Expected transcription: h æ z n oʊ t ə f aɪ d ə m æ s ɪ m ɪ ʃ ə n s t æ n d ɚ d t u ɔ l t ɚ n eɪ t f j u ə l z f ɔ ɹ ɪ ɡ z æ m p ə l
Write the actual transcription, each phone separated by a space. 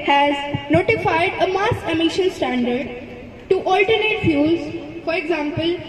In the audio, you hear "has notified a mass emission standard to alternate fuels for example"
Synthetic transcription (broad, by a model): h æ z n oʊ t ə f aɪ d ə m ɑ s ɪ m ɪ ʃ ə n s t æ n d ɚ d t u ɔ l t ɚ n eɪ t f j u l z f ɔ ɹ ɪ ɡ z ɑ m p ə l